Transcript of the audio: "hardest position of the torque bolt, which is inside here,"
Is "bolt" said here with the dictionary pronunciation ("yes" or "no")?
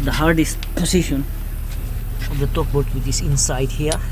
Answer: no